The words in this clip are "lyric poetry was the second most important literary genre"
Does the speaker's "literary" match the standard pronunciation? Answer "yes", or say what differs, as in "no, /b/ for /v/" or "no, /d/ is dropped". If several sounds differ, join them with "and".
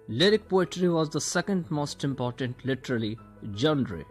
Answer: no, /l/ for /ɹ/